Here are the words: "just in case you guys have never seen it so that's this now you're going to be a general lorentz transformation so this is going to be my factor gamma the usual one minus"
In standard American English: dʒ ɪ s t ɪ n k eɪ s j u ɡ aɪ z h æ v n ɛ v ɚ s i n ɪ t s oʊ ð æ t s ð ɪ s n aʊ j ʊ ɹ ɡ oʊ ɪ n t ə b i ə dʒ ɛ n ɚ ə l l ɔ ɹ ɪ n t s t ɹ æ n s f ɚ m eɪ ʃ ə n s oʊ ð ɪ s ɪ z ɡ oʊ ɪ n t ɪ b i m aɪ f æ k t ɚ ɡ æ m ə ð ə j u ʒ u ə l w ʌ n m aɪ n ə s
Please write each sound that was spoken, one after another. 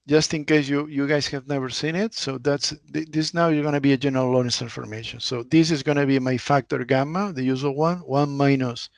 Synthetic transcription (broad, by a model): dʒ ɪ s t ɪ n k eɪ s j u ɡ aɪ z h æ v n ɛ v ɚ s i n ɪ t s oʊ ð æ t s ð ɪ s n aʊ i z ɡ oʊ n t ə b i ə dʒ ɛ n ɚ ə l l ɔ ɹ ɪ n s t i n f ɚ m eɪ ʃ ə n s oʊ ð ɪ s ɪ z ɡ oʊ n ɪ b i m aɪ f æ k t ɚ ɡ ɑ m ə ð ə j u z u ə n w ʌ n m aɪ n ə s